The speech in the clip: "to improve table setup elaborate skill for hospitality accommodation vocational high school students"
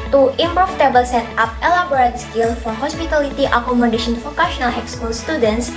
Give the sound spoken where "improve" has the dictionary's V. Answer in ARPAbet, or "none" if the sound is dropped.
F